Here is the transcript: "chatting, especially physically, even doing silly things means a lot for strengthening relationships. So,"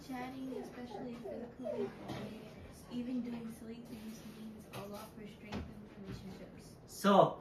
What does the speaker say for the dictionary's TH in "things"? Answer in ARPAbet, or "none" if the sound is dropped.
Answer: T